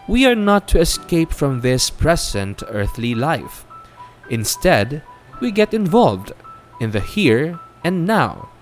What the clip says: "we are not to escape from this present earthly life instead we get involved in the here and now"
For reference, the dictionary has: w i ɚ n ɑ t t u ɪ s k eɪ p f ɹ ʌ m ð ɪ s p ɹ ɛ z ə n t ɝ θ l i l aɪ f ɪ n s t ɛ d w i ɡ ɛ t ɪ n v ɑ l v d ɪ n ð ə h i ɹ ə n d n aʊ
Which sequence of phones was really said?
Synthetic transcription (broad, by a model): w i ɚ n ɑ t t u ɪ s k eɪ p f ɹ ʌ m ð ɪ s p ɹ ɛ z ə n t ɝ θ l i l aɪ f ɪ n s t ɛ d w i ɡ ɛ t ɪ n v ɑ l v d ɪ n ð ə h i ɹ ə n n aʊ